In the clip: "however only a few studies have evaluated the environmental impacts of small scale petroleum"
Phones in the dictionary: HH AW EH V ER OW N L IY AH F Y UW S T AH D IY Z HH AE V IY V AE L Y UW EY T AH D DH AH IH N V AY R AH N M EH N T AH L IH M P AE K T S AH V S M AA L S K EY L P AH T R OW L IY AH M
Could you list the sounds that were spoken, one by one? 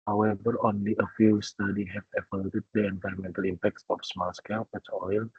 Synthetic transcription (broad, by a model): HH AW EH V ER OW N L IY AH F Y UW S T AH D IY HH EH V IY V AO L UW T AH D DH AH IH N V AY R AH M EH N T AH L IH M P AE K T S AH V S M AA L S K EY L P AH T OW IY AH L